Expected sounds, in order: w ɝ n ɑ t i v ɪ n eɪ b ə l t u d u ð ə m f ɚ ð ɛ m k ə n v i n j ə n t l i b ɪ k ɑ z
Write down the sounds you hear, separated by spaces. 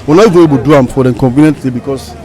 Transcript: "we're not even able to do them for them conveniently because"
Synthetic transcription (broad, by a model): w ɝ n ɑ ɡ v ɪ eɪ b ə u d u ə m f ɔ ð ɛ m k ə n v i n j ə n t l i b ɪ k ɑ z